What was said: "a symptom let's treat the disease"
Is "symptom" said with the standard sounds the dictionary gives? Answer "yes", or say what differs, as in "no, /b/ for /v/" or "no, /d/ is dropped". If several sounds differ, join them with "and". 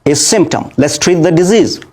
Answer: yes